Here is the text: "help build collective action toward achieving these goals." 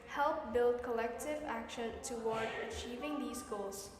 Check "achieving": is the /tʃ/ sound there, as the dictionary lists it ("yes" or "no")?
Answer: yes